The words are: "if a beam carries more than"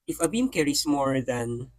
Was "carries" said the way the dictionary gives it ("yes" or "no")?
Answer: no